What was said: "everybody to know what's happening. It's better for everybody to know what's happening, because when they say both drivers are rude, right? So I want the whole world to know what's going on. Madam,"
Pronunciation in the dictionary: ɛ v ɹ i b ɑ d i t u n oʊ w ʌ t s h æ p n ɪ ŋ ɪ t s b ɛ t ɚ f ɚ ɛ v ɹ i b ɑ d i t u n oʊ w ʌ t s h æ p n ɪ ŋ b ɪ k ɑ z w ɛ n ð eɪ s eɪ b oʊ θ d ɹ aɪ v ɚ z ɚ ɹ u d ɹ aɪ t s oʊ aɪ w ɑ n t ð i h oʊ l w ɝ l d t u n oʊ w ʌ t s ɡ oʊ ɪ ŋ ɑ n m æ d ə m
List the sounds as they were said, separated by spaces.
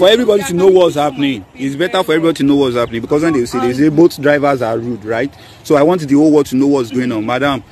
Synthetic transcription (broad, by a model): ɛ v ɹ i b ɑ d i t u n oʊ w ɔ t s h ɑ p n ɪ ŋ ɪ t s b ɛ t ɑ f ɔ ɛ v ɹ i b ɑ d i t u n oʊ w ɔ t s h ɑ p n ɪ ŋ b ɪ k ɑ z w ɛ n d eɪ s eɪ b oʊ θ d ɹ aɪ v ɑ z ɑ ɹ u d ɹ aɪ t s oʊ aɪ w ɑ n t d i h oʊ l w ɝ d t u n oʊ w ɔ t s ɡ oʊ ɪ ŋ ɑ n m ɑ d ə m